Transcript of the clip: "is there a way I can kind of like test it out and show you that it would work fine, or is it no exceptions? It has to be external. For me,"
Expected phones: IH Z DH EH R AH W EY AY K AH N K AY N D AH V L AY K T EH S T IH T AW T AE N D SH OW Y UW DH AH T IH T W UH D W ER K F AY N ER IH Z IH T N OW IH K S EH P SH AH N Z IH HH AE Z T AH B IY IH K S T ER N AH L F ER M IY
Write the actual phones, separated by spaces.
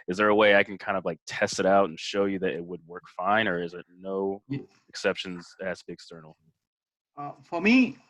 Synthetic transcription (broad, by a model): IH Z DH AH R AH W EY AY K N K AY N D AH V L AY K T EH S T IH T AW T N SH OW Y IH DH AH T IH T W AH D W ER K F AY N ER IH Z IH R N OW IH K S EH P SH AH N Z IH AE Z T B IY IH K S T ER N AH F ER M IY